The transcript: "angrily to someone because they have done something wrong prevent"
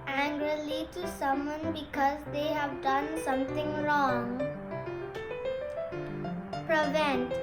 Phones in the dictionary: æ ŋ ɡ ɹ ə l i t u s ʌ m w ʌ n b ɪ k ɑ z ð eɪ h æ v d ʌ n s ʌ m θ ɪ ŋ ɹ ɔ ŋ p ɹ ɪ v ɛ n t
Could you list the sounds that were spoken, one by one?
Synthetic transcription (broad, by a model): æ ŋ ɡ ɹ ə l i t u s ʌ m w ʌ n b ɪ k ɑ z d eɪ h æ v d ʌ n s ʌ m t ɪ ŋ ɹ ɔ ŋ p ɹ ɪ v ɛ n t